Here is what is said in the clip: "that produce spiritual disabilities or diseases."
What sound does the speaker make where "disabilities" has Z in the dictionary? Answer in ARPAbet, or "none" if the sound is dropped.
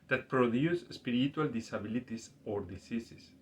S